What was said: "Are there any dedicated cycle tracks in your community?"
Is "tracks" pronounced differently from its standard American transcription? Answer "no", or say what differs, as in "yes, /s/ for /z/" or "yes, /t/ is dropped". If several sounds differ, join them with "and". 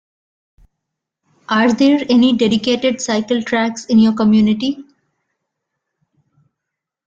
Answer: no